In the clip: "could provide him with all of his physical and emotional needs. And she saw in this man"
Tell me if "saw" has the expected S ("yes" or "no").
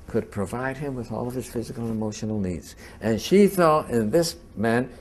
no